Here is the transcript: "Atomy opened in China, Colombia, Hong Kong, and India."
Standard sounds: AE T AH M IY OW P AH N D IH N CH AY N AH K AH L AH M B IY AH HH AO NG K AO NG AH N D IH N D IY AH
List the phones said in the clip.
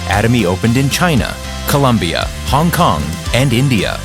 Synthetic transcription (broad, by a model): AE T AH M IY OW P AH N D IH N CH AY N AH K AH L AH M B IY AH HH AO NG K AO NG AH N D IH N D IY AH